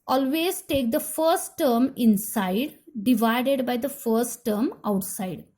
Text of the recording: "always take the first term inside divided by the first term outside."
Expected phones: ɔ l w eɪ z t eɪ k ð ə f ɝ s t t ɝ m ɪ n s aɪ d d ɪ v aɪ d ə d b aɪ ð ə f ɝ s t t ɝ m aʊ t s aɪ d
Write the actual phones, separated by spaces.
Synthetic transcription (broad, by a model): ɔ l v eɪ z t eɪ k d ə f ɝ s t t ɝ m ɪ n s aɪ d d ɪ v aɪ d ə d b aɪ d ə f ɝ s t t ɝ m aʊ t s aɪ d